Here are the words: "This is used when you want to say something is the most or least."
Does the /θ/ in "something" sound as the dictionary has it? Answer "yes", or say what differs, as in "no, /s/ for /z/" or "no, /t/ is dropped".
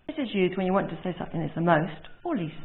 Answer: yes